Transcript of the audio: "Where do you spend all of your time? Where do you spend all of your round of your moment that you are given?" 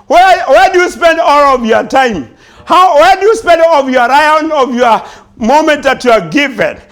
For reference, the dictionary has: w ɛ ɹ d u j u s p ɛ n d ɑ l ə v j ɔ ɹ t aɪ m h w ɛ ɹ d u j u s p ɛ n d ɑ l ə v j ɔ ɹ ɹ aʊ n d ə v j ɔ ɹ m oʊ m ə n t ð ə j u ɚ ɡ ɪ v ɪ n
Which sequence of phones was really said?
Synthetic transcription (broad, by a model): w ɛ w d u j u s p ɛ n d ɑ l ə v j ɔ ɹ t aɪ m h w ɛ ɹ d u j u s p ɛ n d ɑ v j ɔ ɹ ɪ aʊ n ə v j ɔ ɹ m oʊ m ə n t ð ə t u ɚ ɡ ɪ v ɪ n